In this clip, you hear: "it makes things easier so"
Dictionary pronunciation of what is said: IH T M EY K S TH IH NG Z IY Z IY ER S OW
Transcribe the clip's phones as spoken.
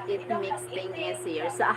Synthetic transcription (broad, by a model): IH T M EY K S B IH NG IY S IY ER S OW